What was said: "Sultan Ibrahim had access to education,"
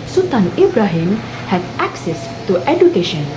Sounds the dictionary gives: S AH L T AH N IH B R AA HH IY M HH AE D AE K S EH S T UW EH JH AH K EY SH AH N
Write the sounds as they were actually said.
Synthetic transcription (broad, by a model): S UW T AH N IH B R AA HH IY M HH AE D AE K S EH S T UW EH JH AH K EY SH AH N